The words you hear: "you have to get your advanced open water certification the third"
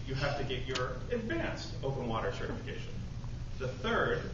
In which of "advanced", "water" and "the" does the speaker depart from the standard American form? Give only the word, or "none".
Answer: none